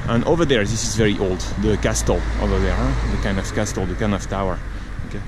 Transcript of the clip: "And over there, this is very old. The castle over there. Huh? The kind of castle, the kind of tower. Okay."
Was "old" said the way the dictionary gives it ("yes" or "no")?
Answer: yes